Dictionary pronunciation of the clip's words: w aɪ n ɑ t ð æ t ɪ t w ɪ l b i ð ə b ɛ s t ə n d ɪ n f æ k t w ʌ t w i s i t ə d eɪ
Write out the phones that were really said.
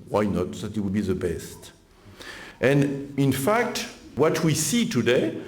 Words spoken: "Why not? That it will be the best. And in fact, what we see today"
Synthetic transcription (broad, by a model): w aɪ n ɑ t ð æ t ɪ t w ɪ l b i ð ə b ɛ s t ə n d ɪ n f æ k t w ʌ t w i s i t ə d eɪ